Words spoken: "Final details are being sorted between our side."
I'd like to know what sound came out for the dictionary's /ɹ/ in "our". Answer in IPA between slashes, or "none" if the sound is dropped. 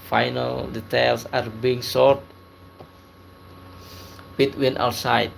/w/